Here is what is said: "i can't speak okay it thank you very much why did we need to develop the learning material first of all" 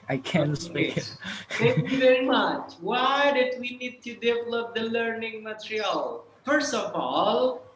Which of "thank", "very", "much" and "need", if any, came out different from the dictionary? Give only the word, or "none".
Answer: thank